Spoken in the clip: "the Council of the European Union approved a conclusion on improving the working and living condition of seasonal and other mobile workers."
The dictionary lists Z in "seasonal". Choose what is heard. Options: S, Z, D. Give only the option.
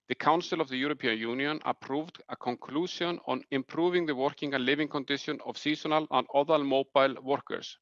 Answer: S